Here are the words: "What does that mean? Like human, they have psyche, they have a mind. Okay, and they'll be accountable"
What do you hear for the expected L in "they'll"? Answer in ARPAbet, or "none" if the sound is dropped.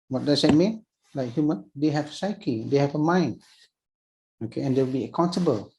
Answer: W